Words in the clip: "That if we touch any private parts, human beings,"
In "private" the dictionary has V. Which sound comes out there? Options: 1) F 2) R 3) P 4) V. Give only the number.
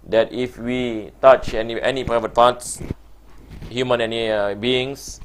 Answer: 4